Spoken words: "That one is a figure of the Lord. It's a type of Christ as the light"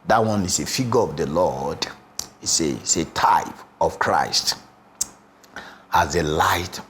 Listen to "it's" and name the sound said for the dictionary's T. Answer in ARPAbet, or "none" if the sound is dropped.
S